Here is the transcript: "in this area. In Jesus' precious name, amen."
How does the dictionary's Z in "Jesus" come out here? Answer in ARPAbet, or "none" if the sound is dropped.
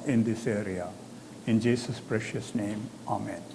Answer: S